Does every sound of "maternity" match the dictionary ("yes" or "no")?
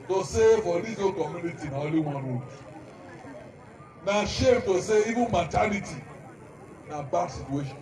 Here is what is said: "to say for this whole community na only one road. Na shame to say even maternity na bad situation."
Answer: no